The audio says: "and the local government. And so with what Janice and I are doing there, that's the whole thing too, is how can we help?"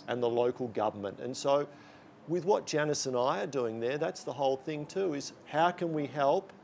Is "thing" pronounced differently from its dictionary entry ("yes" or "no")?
no